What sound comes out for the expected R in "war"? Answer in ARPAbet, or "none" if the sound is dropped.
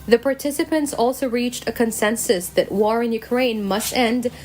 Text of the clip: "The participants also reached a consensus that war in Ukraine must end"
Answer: R